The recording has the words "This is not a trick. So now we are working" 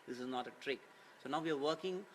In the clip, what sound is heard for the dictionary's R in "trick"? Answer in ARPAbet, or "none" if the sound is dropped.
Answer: R